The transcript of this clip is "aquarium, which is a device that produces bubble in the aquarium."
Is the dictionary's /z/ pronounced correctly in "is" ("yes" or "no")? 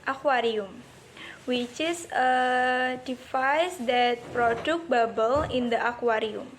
no